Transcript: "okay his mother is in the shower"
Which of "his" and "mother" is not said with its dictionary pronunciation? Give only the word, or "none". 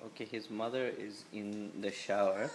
none